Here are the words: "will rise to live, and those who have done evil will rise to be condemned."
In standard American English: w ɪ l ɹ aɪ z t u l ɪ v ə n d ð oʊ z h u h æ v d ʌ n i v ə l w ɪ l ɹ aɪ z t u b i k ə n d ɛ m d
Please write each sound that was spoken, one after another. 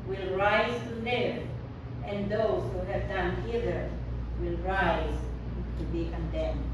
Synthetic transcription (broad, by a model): w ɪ l ɹ aɪ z t u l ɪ ə n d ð oʊ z h u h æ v d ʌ n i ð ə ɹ w ɪ l ɹ aɪ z t u b i k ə n d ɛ m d